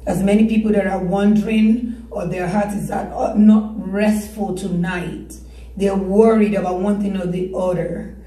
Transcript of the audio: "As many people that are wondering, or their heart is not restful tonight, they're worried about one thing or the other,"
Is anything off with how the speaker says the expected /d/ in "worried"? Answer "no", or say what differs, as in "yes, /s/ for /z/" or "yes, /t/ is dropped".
no